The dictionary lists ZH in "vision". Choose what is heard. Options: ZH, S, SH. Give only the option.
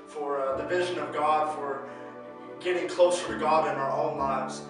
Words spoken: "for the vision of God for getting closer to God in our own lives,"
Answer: ZH